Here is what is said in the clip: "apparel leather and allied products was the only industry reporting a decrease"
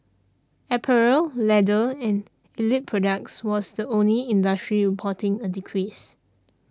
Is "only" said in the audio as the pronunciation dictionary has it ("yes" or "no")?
yes